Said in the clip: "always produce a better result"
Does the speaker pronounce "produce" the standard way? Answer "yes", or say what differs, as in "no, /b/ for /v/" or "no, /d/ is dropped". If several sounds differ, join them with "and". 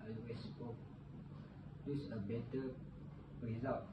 no, /ɹ/ is dropped